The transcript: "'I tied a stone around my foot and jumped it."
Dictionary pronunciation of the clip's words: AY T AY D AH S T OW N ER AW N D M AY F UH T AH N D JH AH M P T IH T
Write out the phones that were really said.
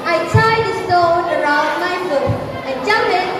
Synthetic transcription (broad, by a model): AY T AY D AH S T OW N ER AW N D M AY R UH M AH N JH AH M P IH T